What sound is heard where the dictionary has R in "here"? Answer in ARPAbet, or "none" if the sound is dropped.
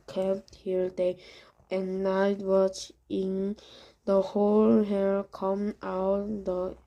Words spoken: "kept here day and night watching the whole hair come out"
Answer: L